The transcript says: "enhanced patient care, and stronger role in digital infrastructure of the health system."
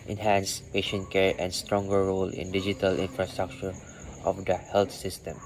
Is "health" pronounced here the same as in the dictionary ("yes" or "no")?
no